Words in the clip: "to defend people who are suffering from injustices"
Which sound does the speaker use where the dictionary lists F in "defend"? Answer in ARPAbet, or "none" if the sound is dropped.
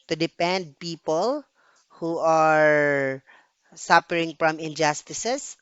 P